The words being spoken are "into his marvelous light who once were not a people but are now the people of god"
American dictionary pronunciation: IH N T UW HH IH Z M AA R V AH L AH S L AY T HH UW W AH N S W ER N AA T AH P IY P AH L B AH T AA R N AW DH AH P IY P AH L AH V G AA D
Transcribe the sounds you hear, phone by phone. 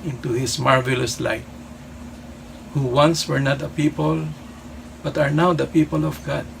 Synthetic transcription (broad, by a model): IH N T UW HH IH S M AA R V AH L AH S L AY T HH UW W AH N S W ER N AA T AH P IY P AH L B AH T AA R N AW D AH P IY P AH L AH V G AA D